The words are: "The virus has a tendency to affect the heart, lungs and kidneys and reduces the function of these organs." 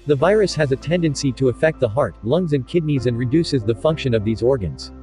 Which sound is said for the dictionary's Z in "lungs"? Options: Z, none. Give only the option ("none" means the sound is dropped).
Z